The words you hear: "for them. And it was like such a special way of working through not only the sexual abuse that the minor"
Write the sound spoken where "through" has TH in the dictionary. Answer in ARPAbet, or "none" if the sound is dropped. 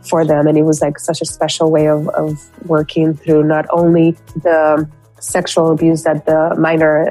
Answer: TH